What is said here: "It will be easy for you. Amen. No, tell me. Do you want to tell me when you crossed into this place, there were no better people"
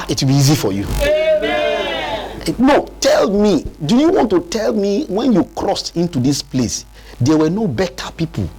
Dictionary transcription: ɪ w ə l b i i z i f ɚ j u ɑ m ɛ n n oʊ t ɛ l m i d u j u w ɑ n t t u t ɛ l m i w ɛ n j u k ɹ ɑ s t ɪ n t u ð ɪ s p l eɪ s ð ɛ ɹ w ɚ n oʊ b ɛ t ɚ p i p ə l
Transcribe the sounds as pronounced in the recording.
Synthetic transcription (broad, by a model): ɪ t b i i z i f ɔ j u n n oʊ t ɛ l m i d u j u w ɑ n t t u t ɛ l m i w ɛ n j u k ɹ ɑ s t ɪ n t u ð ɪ s p l eɪ s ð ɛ w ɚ n oʊ b ɛ t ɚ p i p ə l